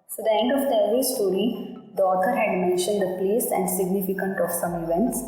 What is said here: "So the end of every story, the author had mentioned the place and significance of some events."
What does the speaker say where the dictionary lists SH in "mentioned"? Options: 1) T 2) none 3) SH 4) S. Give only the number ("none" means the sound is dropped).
3